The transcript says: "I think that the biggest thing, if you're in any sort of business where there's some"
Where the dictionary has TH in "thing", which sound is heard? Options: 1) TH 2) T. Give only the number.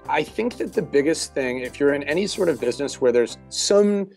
1